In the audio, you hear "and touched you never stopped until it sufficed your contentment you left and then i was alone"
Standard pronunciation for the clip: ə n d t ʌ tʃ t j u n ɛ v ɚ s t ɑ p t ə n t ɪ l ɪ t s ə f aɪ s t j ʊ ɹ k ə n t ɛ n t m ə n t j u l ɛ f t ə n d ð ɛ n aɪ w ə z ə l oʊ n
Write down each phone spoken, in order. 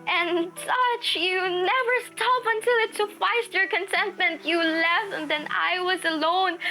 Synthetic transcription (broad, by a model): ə n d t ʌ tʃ j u n ɛ v ɚ s t ɑ p ə n t ɪ l ɪ t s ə f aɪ s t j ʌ ɹ k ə n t ɛ n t m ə n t j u l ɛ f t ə n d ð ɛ n aɪ w ə z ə l oʊ n